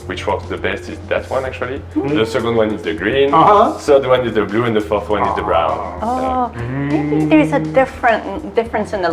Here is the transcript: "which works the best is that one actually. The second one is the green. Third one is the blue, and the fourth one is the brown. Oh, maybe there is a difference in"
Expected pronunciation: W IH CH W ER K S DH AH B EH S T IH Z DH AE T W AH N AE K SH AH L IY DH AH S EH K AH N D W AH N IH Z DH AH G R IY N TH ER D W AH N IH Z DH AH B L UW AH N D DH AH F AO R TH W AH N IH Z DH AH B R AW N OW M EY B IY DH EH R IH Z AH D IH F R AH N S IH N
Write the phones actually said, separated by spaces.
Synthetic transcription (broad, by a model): W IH CH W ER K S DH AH B EH S T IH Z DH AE T W AH N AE K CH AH L IY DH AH S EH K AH N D W AH N IH Z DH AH G R IY N S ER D W AH N IH Z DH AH B L UW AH N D DH AH F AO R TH W AH N IH Z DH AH B R AW N OW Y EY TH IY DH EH R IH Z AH D IH F R AH N S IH N